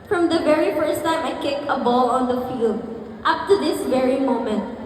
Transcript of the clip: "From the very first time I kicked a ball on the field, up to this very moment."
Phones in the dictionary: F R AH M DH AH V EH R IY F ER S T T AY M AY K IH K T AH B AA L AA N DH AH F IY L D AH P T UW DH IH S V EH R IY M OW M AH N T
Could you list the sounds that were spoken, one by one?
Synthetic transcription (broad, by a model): F R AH M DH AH V EH R IY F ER S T T AY M AY K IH K AH B AA L AA N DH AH F IY L D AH P T UW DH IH S V EH R IY M OW M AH N T